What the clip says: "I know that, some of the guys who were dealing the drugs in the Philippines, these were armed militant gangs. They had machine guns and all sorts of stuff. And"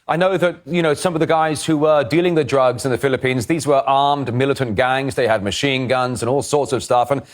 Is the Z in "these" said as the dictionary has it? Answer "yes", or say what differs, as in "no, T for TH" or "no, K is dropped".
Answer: yes